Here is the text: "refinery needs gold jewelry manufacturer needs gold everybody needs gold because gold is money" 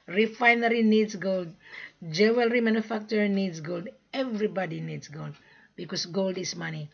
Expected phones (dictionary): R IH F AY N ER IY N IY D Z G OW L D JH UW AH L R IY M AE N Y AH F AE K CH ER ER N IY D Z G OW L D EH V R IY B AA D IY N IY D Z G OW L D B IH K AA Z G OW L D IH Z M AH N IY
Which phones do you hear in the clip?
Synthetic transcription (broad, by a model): R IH F AY N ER IY N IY D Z G OW L D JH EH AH L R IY M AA N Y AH F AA K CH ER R N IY D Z G OW L D EH V R IY B AA D IY N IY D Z G OW L D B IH K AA S G OW L D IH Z M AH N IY